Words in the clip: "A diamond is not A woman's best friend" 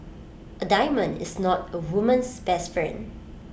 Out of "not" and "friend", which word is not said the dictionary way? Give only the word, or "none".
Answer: friend